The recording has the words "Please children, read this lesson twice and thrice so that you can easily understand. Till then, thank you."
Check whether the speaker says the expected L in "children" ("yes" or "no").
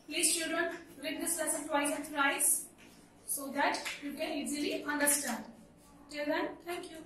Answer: no